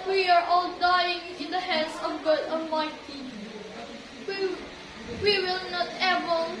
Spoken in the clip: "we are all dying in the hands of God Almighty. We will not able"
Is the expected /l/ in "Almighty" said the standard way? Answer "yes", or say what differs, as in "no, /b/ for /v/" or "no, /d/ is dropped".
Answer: no, /l/ is dropped